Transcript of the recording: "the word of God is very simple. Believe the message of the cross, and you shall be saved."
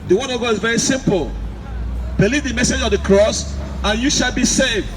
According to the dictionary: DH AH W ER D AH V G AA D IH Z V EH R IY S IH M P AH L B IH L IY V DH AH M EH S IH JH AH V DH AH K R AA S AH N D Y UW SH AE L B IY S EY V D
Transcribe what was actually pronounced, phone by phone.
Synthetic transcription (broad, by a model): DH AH W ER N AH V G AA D IH Z V EH R IY S IH M P AH L B IH L IY V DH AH M EH S IH JH AH V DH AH K R AA S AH N Y UW SH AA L B IY S EY V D